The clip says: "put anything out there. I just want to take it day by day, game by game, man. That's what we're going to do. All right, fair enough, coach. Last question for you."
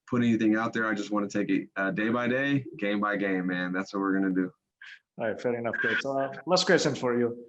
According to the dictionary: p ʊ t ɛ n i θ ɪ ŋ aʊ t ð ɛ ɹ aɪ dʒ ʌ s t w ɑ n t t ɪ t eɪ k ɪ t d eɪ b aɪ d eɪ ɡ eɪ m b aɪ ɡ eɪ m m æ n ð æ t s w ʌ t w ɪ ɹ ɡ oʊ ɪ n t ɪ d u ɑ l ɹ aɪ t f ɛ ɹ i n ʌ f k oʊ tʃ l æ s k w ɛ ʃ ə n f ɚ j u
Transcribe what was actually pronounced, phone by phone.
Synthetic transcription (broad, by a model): p ʊ t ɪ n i θ ɪ ŋ aʊ t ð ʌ ɹ aɪ dʒ ʌ s t w ɑ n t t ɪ t eɪ k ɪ t d eɪ b aɪ d eɪ ɡ eɪ m b aɪ ɡ eɪ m m æ n ð æ t s w ʌ t w ɪ ɹ ɡ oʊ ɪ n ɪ d u ɹ aɪ t f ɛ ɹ i n ʌ f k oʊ s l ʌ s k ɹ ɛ s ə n f ɚ j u